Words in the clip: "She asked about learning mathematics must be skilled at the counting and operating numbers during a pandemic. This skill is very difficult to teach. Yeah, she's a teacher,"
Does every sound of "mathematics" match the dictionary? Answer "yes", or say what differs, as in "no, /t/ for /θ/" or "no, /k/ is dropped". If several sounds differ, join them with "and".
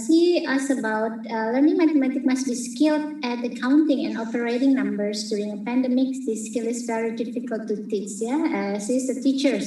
no, /s/ is dropped